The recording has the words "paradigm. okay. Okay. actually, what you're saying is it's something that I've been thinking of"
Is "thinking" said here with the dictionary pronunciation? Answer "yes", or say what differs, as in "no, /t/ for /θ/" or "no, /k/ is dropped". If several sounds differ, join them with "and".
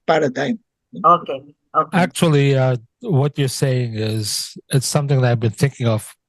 yes